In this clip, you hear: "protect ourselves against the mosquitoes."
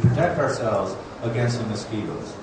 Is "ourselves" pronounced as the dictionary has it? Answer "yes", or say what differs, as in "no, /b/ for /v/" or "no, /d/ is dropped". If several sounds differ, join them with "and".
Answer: yes